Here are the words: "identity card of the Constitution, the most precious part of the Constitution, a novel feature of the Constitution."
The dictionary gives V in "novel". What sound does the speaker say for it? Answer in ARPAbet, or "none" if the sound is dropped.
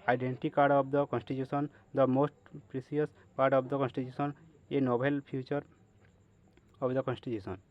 B